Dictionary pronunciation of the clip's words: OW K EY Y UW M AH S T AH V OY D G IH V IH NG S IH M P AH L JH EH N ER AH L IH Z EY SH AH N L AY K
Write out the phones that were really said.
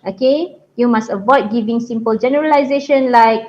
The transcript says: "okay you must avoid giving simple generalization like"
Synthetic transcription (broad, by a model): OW K EY Y UW M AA S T AH V OY D G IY V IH NG S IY M P AH L JH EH N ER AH L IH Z EY SH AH N L AY K